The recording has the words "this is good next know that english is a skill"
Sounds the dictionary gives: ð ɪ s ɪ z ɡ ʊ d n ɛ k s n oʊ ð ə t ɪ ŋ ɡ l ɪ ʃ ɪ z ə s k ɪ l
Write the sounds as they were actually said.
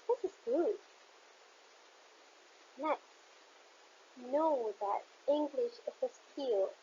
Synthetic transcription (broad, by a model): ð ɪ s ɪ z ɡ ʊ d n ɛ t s n oʊ ð ə t ɪ ŋ ɡ l ɪ ʃ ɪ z ə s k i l